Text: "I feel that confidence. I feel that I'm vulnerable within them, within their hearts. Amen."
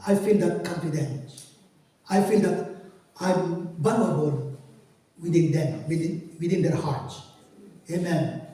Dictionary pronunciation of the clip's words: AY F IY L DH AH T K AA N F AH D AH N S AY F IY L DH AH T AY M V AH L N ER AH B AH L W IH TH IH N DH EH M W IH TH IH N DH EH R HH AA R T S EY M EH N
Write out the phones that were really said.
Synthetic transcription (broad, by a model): AY F IY L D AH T K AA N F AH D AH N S AY F IY L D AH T AY M B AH N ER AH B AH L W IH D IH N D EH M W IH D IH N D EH R HH AA R T S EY M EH N